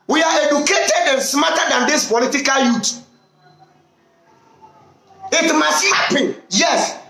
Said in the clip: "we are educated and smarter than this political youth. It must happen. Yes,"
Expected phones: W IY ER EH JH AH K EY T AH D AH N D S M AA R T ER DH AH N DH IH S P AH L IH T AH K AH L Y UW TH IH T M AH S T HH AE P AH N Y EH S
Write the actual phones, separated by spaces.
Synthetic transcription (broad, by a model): W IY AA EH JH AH K EY T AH D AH N S M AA T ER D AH N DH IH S P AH L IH T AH K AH L Y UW T IH T M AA S T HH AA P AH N Y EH S